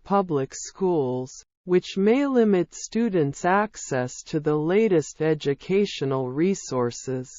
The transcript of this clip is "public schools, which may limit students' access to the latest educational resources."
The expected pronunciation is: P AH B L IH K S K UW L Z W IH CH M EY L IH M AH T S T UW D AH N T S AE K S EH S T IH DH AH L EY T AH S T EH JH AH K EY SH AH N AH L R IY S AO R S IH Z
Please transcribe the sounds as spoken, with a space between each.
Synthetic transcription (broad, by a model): P AH B L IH K S K UW L Z W IH CH M EY L IH M AH T S T UW D N T S AE K S EH S T IH DH AH L EY T AH S T EH JH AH K EY SH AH N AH L R IY S AO R S IH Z